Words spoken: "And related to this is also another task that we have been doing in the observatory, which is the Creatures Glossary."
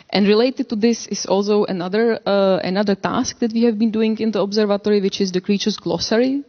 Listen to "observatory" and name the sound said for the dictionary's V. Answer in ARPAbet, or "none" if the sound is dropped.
V